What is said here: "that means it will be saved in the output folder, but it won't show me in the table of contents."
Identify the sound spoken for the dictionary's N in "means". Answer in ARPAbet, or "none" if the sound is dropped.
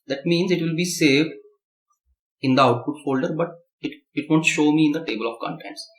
N